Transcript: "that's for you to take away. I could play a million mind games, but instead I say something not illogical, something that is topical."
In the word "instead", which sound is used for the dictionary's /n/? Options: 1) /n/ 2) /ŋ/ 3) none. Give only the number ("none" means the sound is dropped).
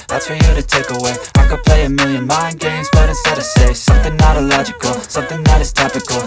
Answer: 3